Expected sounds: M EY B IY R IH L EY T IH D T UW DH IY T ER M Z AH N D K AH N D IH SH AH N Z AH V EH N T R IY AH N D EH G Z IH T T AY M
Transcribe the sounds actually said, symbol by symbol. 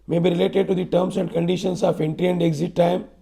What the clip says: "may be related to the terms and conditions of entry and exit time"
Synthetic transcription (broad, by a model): M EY B IY R IH L EY T IH D T UW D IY T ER M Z AH N D K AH N D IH SH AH N S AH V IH N T IY AH N D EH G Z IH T T AY M